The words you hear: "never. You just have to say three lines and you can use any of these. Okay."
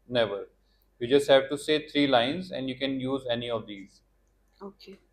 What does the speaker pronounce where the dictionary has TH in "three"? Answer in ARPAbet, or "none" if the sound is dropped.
T